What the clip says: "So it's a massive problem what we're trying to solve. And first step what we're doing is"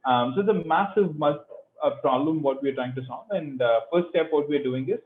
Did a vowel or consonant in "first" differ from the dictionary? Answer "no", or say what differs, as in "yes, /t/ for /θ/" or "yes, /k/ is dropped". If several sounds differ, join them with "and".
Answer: yes, /s/ is dropped